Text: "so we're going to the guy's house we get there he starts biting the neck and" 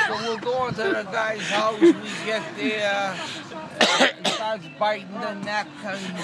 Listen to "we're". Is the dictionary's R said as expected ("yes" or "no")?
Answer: no